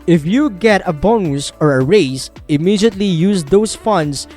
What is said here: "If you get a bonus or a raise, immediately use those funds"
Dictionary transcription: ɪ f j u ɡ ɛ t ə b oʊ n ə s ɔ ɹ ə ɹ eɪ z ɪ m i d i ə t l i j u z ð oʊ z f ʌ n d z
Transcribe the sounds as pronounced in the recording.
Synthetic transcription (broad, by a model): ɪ f j u ɡ ɛ t ə b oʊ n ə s ɔ ɹ ə ɹ eɪ s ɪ m i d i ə t l i j u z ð oʊ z f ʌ n d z